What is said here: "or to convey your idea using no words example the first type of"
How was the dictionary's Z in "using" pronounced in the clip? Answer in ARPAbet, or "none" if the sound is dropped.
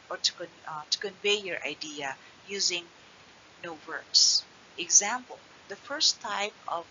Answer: Z